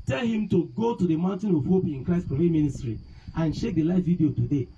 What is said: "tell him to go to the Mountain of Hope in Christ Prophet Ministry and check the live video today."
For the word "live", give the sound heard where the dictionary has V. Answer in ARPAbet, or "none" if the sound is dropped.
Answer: F